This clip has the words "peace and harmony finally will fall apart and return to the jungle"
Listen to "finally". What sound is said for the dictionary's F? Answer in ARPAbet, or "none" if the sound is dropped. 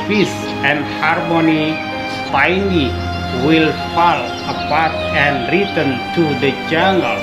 P